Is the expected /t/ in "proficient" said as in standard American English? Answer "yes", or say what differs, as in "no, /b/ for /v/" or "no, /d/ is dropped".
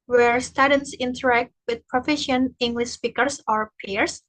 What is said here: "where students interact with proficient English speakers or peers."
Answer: no, /t/ is dropped